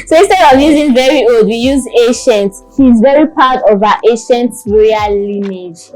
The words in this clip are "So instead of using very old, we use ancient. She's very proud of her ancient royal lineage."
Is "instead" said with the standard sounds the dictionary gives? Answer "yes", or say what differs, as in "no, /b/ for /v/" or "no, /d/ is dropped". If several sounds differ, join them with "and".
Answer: no, /n/ is dropped